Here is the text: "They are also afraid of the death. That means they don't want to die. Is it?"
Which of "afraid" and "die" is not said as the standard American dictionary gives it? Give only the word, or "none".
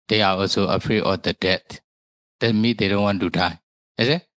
afraid